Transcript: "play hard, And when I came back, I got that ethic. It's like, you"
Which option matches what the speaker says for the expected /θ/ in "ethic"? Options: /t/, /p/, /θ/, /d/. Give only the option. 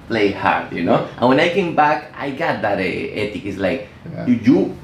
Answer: /t/